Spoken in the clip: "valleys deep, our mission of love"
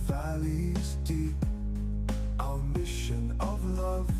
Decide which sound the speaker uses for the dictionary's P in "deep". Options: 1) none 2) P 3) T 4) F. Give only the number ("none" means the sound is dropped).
1